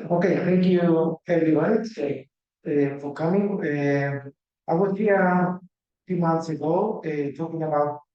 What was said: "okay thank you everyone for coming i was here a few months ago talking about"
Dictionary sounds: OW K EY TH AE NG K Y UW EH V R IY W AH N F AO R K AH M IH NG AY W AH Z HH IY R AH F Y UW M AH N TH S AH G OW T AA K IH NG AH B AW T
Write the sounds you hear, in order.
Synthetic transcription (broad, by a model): OW K EY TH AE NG K Y UW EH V IY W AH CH F AO R K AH M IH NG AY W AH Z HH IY AH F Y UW M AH N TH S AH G OW T AA K IH NG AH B AW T